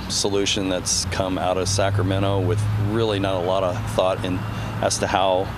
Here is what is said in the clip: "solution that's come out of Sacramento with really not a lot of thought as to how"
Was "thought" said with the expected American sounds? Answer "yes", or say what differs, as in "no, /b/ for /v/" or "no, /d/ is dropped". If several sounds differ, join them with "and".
yes